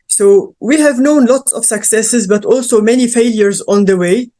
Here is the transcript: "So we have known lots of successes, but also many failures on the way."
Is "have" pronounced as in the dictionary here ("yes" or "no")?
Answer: yes